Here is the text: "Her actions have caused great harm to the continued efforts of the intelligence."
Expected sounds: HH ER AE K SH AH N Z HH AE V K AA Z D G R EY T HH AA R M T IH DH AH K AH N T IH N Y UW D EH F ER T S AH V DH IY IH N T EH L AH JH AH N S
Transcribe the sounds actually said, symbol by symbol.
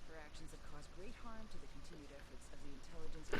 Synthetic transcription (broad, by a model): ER AE K SH AH N Z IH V K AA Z G R EY T HH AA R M T IH DH AH K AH N T IH N Y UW D EH F ER T S AH V DH IY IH N T EH L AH JH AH N S